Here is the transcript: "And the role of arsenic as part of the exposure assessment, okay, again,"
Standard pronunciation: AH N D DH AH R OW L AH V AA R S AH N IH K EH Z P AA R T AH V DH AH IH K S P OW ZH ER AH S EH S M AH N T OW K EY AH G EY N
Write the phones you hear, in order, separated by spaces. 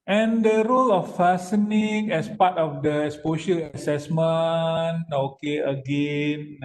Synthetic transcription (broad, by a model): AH N D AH R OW L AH F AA S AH N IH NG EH S P AA T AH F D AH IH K S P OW SH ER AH S EH S M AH N OW K EY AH G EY N